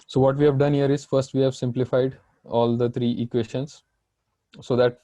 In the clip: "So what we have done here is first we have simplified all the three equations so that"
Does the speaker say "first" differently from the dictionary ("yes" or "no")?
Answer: no